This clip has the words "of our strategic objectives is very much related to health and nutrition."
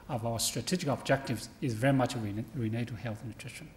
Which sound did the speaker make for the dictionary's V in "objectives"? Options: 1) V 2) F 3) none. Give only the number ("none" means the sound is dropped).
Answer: 1